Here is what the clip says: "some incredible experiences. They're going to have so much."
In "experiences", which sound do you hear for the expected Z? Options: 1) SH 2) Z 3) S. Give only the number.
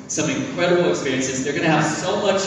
2